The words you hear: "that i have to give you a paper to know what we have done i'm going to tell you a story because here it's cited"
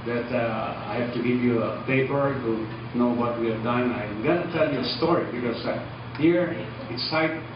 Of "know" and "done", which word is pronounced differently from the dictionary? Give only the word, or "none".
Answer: none